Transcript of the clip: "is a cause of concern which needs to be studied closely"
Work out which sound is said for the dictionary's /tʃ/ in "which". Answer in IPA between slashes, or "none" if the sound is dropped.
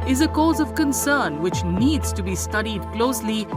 /tʃ/